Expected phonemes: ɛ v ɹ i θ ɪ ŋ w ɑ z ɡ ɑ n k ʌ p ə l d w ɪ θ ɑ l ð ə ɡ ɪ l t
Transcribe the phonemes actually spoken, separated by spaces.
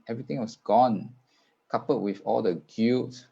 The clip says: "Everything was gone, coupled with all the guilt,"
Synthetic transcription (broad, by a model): ɛ v ɹ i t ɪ ŋ w ɑ s ɡ ɑ n k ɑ p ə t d w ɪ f ɑ l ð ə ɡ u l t